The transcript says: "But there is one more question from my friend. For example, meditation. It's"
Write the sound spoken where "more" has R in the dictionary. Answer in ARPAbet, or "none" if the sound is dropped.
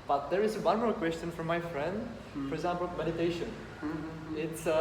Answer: L